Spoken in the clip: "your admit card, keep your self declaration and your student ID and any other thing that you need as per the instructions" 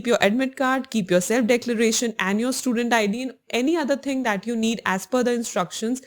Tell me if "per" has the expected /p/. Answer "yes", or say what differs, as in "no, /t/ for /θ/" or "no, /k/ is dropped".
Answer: no, /f/ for /p/